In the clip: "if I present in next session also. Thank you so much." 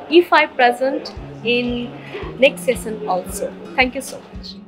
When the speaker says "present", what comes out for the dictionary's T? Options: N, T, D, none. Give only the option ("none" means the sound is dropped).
T